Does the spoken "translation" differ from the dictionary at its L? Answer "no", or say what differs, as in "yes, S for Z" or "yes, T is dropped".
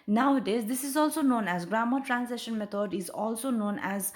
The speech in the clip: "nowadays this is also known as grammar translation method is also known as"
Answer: yes, L is dropped